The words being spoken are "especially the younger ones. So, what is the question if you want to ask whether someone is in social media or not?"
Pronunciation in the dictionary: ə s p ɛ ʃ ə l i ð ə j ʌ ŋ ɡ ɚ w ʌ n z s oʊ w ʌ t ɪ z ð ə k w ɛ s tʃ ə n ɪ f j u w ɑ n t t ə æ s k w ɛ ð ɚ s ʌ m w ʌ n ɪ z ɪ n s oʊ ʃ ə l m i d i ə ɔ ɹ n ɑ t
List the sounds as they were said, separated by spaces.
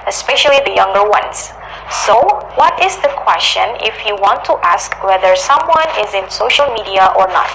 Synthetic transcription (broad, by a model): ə s p ɛ ʃ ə l i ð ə j ʌ ŋ ɡ ɚ w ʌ n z s oʊ w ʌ t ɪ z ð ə k w ɛ s tʃ ə n ɪ f j u w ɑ n t t ə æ s k w ɛ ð ɚ s ʌ m w ʌ n ɪ z ɪ n s oʊ ʃ ə l m i d i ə ɔ ɹ n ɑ t